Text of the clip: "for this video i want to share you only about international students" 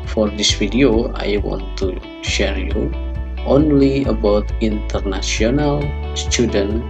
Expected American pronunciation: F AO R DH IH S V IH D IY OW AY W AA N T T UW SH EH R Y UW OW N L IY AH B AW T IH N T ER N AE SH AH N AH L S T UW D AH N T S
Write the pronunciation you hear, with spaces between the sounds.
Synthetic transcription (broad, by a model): F AO R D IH S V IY D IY OW AY W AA N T T UW SH EH R Y UW OW N L IY AH B AW T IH N T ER N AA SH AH N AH L S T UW D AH N